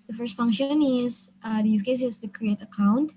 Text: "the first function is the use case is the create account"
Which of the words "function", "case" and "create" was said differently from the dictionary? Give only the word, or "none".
none